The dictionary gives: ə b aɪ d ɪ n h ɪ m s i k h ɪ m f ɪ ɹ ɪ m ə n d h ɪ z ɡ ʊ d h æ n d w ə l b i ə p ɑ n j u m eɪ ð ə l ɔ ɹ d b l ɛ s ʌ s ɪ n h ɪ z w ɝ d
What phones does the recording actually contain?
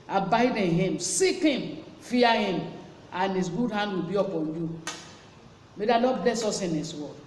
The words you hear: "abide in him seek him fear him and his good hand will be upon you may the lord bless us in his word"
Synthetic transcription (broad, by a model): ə b aɪ d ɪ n h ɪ m s i k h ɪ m f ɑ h ɪ m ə n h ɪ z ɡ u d h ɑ n d w ə l b i ə p ɑ n j u m eɪ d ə n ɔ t b l ɛ s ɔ s ɪ n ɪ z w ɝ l